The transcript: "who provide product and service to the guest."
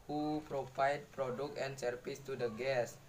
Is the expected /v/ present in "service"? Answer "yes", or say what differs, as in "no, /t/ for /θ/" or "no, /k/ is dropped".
no, /f/ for /v/